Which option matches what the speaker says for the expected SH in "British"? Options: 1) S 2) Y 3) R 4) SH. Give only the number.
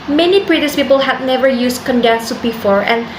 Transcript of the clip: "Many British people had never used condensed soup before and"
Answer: 1